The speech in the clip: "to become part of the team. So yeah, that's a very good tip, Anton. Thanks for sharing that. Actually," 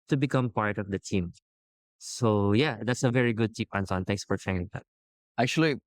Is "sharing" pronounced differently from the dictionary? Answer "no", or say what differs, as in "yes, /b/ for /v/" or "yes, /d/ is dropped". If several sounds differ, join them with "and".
yes, /ɹ/ is dropped